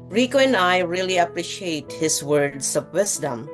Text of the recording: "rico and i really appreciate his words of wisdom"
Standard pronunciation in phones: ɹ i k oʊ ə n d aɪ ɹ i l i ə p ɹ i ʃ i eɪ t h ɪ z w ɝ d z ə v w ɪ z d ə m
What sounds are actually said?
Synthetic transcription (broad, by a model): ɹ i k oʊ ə n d aɪ ɹ i l i ə p ɹ i ʃ i eɪ t h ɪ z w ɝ d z ə v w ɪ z d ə m